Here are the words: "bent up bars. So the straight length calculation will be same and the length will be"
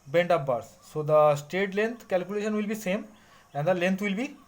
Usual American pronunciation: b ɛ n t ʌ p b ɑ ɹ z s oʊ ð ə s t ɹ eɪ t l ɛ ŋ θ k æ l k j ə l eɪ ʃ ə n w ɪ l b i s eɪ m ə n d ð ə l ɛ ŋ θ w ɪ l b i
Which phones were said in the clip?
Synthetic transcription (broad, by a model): b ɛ n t ʌ p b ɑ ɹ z s oʊ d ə s t eɪ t l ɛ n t k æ l k j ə l eɪ ʃ ə n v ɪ l b i s eɪ m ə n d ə l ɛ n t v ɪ l b i